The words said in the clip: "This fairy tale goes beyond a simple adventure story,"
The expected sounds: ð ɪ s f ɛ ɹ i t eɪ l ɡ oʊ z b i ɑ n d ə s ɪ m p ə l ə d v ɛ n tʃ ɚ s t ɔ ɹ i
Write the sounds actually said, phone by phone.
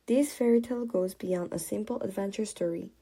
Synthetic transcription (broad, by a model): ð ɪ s f ɛ ɹ i t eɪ l ɡ oʊ z b i ɑ n d ə s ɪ m p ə l ə d v ɛ n tʃ ɚ s t ɔ ɹ i